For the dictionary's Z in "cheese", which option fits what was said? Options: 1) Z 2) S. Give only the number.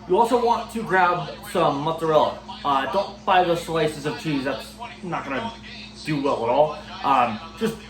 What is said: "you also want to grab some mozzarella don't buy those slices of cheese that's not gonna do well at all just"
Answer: 1